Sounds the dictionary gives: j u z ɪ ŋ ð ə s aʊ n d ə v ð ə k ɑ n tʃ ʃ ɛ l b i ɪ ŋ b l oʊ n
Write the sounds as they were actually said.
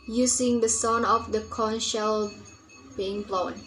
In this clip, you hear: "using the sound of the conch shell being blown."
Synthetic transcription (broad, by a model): j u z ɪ ŋ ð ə s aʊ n ə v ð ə k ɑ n ʃ ɛ l b i ɪ ŋ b l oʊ n